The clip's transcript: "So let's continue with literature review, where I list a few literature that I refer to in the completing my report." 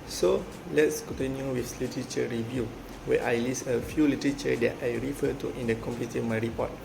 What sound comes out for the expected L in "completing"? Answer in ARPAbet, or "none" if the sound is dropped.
none